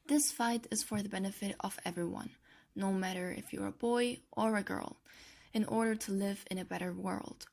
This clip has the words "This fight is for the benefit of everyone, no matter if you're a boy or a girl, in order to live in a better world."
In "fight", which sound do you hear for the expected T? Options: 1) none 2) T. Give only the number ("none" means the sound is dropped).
2